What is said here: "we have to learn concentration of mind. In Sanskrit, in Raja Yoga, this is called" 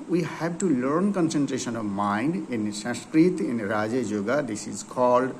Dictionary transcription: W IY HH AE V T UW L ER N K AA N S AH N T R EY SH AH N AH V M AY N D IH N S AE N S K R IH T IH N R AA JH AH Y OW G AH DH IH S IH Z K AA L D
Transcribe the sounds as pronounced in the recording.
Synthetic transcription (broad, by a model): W IY HH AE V T UW L ER N K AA N S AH N T R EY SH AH N AH V M AY N D IH N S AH S K R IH T IH N R AA JH AH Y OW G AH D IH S IH Z K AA L D